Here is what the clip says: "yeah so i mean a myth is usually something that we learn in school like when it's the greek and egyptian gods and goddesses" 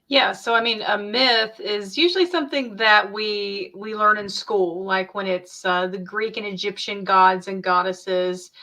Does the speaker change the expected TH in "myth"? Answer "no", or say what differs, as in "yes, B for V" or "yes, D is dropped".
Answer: no